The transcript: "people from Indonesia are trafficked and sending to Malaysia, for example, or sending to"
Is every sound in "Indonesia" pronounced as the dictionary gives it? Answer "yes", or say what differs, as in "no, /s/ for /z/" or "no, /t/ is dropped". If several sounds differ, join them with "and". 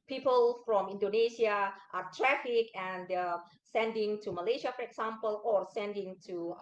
no, /s/ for /ʒ/